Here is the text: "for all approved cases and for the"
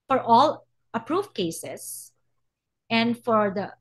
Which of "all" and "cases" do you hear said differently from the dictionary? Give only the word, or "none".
cases